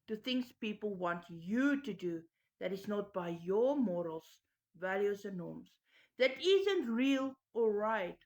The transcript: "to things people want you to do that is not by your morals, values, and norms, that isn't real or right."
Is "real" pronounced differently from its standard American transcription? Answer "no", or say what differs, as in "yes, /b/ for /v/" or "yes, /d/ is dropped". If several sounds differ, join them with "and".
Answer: no